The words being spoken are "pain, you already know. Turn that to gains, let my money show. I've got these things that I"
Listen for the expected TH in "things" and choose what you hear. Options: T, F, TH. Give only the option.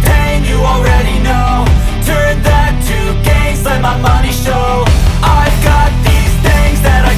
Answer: TH